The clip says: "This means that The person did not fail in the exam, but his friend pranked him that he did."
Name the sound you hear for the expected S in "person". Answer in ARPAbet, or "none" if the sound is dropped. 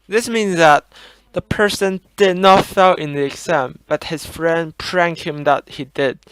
S